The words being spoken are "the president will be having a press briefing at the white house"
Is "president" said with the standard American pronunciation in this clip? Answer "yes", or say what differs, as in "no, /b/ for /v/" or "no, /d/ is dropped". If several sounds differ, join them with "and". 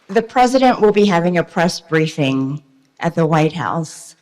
yes